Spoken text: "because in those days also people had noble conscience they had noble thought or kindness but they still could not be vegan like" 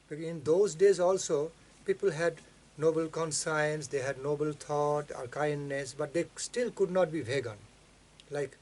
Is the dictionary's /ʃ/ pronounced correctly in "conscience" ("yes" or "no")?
no